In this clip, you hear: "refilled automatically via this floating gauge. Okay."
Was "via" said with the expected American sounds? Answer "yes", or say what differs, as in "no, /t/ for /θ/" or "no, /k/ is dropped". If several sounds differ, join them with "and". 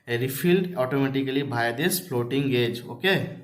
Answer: no, /b/ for /v/